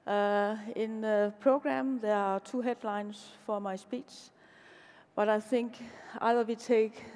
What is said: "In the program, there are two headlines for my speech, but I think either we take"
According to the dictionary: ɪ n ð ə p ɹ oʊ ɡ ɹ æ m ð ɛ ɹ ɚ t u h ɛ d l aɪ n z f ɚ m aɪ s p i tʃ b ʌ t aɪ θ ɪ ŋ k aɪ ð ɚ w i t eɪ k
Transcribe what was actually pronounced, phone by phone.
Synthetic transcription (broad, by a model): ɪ n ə p ɹ oʊ ɡ ɹ æ m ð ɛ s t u h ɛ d l aɪ n s f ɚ m aɪ s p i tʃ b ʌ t aɪ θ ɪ ŋ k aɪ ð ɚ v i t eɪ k